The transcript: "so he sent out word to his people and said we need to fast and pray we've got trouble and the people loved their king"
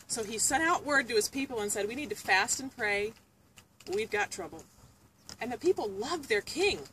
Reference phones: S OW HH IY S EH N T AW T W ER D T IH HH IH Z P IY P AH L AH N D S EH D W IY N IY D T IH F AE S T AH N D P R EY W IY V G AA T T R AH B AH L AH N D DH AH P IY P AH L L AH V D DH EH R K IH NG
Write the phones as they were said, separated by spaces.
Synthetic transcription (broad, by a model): S OW IY S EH T AW T W ER D T IH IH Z P IY P L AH N S EH D W IY N IY D T IH F AE S T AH N P R EY W IY V G AA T T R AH B L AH N DH AH P IY P L L AH V DH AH R K IH NG